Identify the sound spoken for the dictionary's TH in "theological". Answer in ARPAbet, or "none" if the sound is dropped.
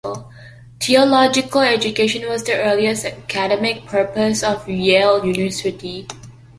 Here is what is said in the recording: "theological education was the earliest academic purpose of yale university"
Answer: T